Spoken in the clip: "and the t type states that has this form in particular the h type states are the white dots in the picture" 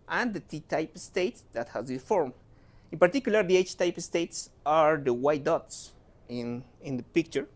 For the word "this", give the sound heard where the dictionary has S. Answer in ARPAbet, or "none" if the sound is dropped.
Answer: none